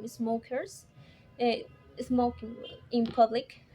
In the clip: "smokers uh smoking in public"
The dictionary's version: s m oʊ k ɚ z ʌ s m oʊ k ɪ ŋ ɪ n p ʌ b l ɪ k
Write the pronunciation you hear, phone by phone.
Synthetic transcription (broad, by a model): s m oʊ k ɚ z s m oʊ ɪ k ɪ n p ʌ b l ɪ k